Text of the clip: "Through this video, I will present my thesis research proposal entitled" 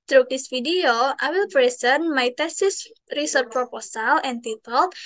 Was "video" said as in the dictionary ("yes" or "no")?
no